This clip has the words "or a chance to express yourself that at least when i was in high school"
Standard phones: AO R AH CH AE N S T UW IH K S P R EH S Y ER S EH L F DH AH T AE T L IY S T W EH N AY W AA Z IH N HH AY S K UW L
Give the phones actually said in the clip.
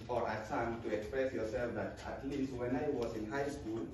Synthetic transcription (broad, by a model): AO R AH S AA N T UW IH K S P R EH S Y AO S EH L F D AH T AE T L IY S W EH N AY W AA S IH N HH AY S K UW L